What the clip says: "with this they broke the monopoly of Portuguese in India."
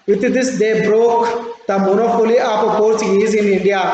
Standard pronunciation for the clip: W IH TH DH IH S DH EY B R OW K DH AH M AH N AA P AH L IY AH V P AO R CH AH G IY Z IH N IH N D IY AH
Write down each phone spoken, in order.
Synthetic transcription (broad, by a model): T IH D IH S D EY B R OW K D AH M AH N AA F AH L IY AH P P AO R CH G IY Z IH N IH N D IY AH